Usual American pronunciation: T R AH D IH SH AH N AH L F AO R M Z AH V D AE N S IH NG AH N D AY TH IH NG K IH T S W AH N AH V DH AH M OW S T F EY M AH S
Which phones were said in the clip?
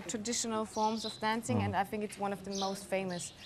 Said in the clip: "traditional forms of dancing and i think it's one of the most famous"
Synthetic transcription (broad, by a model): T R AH D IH SH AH N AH L F AO R M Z AH V D AE N S IH NG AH N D AY TH IH NG K IH T S W AH N AH V DH AH M OW S T F EY M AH S